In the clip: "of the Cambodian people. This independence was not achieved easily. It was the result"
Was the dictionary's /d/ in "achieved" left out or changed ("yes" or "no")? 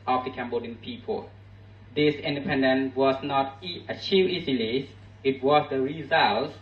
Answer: yes